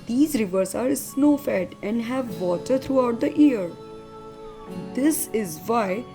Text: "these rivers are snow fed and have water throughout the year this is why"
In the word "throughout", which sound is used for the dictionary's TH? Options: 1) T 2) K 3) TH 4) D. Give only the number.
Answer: 1